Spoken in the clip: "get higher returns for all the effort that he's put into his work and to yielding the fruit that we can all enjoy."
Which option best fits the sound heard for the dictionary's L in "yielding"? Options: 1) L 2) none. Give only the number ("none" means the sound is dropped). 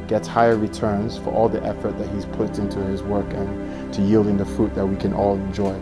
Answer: 1